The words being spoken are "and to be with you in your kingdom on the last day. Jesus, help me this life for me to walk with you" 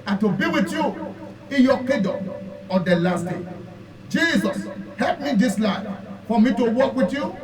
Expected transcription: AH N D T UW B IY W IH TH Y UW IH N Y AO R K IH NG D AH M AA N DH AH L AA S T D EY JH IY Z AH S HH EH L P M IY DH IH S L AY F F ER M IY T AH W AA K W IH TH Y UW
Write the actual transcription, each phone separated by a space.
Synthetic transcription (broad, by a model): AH T UW B IY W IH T Y UW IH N Y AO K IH D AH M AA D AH L AA S T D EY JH IY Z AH S HH EH L P M IY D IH S L AY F F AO M IY T AH W AA K W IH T Y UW